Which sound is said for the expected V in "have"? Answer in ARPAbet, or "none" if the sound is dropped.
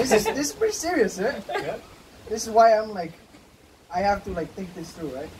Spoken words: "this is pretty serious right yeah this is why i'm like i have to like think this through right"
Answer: F